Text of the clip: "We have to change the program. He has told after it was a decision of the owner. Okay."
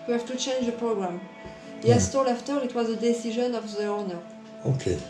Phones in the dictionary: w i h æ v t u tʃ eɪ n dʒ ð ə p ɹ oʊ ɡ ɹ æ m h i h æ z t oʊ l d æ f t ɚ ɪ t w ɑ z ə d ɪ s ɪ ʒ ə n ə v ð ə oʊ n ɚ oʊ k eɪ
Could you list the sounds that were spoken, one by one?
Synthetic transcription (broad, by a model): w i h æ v t u tʃ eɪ n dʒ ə p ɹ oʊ ɡ ɹ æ m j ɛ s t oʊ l æ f t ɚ ɪ t w ɑ z ə d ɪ s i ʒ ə n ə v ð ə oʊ n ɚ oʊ k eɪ